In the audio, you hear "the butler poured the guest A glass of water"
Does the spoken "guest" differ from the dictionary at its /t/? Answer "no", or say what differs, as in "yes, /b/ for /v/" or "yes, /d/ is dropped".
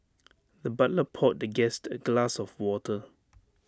no